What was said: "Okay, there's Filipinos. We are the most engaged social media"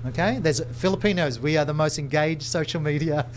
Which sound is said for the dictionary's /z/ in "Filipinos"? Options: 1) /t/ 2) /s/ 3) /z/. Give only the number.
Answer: 3